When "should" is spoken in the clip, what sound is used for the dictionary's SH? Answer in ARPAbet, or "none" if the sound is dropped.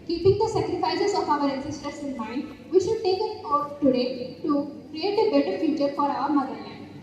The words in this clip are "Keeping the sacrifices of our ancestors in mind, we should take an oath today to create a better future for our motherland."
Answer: SH